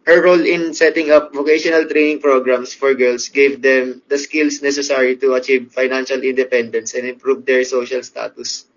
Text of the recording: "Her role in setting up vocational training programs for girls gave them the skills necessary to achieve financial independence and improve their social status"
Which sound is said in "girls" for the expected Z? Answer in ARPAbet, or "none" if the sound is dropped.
S